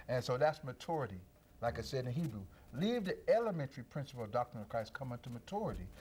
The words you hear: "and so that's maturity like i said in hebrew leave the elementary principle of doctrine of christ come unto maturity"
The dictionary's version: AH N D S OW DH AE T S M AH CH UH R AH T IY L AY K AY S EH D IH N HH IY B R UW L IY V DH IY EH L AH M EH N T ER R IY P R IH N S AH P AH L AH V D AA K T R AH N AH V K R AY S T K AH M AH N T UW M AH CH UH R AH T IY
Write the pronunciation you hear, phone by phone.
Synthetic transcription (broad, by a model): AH N S OW DH AE T S M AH CH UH R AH T IY L AY K AY S EH D IH N HH IY B R UW L IY V DH IY EH L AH M EH N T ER R IY P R IH N S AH P L AH V D AA K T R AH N AH V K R AY S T K AH M AH N T UW M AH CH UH R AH T IY